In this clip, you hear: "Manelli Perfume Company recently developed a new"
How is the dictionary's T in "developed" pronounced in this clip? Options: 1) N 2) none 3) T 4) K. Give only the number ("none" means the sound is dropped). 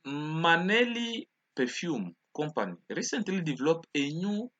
2